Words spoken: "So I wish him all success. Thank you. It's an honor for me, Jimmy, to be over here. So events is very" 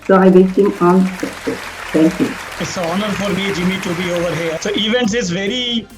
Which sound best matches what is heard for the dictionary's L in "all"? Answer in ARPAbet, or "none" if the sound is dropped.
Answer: N